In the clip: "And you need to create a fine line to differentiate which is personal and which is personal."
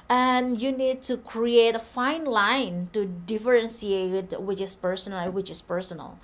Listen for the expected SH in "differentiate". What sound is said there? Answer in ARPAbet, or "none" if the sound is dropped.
S